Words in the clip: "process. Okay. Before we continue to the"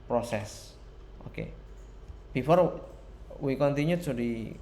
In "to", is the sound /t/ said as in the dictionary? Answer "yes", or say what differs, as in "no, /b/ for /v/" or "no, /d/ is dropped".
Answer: no, /s/ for /t/